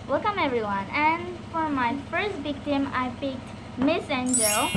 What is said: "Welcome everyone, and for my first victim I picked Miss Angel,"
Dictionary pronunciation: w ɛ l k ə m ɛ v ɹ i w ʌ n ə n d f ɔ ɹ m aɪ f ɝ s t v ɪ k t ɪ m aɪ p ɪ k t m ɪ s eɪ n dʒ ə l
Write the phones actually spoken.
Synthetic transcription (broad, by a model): w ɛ l k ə m ɛ v ɹ i w ʌ n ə n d f ɔ ɹ m aɪ f ɝ s t v ɪ k t ɪ m aɪ p ɪ k t m ɪ s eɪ n dʒ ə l